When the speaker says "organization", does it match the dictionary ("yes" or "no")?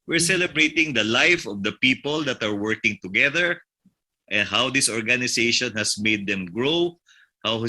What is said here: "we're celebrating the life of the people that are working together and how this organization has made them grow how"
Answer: no